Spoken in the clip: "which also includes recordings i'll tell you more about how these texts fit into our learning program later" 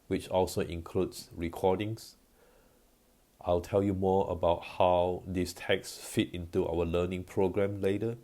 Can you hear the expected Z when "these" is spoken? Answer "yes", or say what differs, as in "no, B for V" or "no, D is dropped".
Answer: no, S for Z